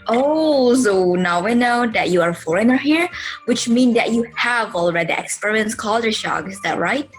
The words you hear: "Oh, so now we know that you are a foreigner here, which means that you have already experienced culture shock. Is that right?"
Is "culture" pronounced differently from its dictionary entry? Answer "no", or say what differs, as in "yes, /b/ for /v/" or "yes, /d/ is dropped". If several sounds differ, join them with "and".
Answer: yes, /tʃ/ is dropped